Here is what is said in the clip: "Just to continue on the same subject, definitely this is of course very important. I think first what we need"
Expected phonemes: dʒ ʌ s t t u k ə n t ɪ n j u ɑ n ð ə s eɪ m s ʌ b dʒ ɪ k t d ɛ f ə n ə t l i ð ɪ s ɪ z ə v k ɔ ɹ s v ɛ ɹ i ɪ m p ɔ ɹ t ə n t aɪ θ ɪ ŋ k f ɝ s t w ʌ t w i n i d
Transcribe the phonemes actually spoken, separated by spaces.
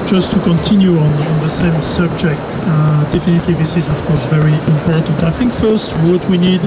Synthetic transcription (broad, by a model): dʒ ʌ s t t u k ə n t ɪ n j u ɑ n ð ə s eɪ m s ʌ b dʒ ɪ k t d ɛ f ə n ə t l i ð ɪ s ɪ z ə v k ɔ ɹ s v ɛ ɹ i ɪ m p ɔ ɹ t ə n t aɪ θ ɪ ŋ k f ɝ s t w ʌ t w i n i d